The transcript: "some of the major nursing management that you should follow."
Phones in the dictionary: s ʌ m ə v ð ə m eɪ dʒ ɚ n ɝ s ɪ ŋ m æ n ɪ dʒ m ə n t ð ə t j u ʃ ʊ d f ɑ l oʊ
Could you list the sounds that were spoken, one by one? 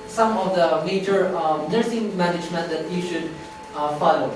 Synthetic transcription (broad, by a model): s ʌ m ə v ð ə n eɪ tʃ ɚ n ɝ s ɪ ŋ m æ n ɪ dʒ m ə n t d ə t j u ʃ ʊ d f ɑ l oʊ